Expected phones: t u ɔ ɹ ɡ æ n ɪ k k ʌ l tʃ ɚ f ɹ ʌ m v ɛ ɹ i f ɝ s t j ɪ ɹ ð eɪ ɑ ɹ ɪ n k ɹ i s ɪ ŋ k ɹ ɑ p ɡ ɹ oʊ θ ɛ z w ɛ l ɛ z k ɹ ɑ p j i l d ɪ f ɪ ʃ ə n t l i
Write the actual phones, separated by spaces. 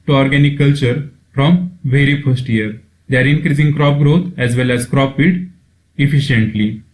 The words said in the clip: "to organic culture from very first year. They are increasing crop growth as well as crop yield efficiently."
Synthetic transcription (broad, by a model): t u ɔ ɹ ɡ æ n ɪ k k ʌ l tʃ ɚ f ɹ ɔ m v ɛ ɹ i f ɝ s t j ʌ ɹ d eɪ ɑ ɹ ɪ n k ɹ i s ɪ ŋ k ɹ ɑ p ɡ ɹ oʊ t ɛ z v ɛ l ɛ z k ɹ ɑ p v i d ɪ f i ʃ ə n t l i